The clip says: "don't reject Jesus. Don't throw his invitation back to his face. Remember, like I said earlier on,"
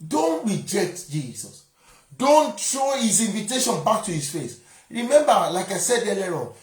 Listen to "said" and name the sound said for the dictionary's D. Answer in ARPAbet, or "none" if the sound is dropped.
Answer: D